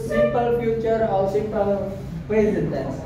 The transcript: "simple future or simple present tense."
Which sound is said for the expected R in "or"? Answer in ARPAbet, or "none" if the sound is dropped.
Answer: L